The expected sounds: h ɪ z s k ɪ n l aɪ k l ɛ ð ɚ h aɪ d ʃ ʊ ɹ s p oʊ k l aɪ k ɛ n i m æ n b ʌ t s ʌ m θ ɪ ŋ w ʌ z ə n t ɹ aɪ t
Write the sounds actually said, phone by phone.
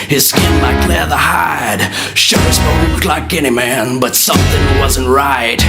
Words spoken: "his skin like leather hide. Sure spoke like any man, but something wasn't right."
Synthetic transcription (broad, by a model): h ɪ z s k ɪ n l aɪ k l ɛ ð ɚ h aɪ d ʃ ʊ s b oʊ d l aɪ k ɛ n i m æ n b ʌ t s ʌ m θ ɪ ŋ w ʌ z ə n t ɹ aɪ t